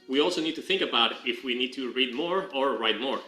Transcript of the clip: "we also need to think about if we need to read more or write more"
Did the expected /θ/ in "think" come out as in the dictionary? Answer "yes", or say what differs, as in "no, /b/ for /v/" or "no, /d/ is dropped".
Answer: yes